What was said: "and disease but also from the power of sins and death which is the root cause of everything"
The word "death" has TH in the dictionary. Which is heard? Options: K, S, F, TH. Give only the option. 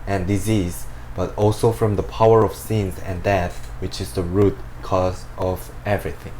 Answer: TH